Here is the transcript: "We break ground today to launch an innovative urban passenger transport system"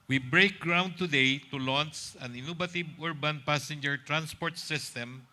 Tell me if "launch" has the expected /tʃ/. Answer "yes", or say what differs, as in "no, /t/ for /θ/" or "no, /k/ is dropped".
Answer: no, /s/ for /tʃ/